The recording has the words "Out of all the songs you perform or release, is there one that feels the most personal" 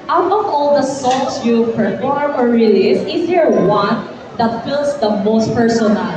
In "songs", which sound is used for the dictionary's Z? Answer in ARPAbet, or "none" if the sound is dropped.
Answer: S